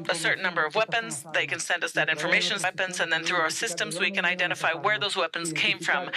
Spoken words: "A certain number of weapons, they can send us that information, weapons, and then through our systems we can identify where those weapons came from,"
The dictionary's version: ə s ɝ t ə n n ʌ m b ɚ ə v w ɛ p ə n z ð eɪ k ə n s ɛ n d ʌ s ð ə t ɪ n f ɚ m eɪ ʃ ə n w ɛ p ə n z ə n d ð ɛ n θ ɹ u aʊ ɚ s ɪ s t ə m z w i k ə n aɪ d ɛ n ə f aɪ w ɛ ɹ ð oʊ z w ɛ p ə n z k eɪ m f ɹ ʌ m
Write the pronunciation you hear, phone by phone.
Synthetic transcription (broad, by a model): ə s ɝ t n n ʌ m b ɚ ə v w ɛ p ə n z ð eɪ k ə n s ɛ n d ʌ s ð ə t ɪ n f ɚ m eɪ ʃ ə n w ɛ p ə n z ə n ð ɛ n θ ɹ u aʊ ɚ s ɪ s t ə m z w i k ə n aɪ d ɛ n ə f aɪ w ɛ ɹ ð oʊ z w ɛ p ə n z k eɪ m f ɹ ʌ m